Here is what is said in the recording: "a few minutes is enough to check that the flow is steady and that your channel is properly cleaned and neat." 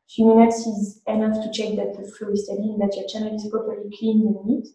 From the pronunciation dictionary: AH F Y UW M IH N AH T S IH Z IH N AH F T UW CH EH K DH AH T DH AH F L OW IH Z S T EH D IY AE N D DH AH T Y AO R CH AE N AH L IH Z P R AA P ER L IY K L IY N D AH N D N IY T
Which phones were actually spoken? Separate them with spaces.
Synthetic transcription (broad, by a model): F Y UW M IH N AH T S IH Z IH N AH F T UW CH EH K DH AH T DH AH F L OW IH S T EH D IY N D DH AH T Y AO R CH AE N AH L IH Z P R AA P ER L IY K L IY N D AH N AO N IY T